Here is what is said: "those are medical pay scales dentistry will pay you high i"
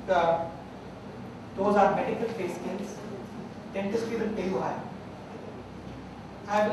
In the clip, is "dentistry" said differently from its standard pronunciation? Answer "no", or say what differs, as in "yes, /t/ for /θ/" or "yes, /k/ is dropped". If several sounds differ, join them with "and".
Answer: yes, /ɹ/ is dropped